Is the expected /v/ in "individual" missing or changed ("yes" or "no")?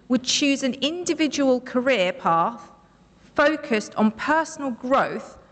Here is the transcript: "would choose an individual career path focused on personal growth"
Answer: no